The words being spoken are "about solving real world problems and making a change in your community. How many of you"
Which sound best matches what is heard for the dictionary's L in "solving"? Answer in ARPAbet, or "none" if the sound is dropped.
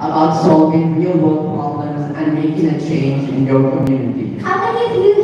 none